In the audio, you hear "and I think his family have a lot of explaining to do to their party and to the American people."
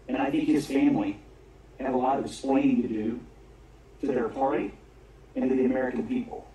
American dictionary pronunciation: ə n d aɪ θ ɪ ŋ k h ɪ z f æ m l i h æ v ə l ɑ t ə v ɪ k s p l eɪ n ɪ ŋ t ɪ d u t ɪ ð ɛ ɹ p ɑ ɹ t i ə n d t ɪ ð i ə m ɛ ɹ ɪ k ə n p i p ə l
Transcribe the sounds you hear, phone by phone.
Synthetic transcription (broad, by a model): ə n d aɪ θ ɪ ŋ k h ɪ z f æ m l i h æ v ə l ɑ t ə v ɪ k s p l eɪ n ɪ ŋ t ɪ d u t ɪ ð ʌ ɹ p ɑ ɹ t i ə n t ɪ ð i ə m ɛ ɹ ɪ k ə n p i p l